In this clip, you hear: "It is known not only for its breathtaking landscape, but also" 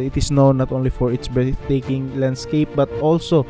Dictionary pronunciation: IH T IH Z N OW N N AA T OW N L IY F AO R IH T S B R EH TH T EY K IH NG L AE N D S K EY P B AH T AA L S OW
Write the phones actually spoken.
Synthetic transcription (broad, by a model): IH T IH S N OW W N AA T OW N L IY F AO R IH T S B EH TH T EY K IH NG L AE N D S K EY P B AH T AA L S OW